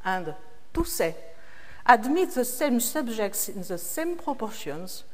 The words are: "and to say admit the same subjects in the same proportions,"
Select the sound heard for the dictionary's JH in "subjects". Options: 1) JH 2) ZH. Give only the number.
2